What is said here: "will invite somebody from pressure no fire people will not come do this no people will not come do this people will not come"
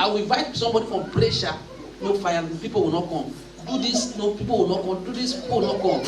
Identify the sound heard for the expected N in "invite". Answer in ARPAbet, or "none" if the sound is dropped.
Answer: none